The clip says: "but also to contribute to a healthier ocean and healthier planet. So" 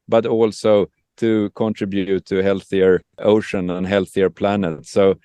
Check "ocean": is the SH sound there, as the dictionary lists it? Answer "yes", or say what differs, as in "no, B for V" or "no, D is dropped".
yes